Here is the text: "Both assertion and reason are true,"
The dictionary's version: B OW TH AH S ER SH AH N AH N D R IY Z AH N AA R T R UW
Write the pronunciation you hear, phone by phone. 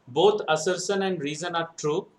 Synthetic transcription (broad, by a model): B OW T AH S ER S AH N AH N D R IY Z AH N AA R T R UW